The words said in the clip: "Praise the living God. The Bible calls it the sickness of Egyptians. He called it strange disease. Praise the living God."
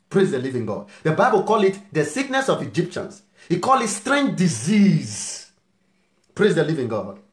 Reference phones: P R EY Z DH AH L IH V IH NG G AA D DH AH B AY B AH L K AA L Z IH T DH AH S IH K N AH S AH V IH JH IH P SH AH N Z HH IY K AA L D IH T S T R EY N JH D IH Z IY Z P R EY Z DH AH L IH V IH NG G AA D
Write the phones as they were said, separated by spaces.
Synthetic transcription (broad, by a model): P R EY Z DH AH L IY V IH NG G AA D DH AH B AY B AH L K AA L IH T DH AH S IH K N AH S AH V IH JH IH P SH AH N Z HH IY K AA L IH T S T R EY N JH D IH Z IY Z P R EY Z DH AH L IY V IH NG G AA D